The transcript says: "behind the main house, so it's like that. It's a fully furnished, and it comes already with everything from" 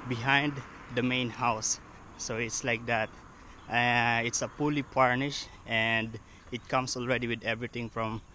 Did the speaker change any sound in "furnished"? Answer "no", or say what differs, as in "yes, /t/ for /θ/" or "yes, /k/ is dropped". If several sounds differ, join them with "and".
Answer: yes, /p/ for /f/